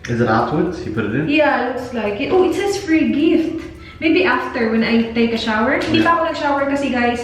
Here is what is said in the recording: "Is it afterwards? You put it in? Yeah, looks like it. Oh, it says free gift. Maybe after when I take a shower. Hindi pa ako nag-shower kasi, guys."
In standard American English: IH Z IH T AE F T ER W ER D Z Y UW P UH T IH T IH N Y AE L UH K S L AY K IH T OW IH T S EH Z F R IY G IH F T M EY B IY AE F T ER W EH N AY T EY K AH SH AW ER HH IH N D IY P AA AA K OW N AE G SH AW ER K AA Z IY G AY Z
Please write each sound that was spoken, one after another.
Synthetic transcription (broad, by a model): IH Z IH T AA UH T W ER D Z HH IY P UH T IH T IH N Y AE L UH K S L AY K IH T OW IH T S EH S F R IY G IH F T M EY B IY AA F T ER W EH N AY T EY K AH SH AW ER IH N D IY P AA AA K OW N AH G SH AW ER K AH S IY G AY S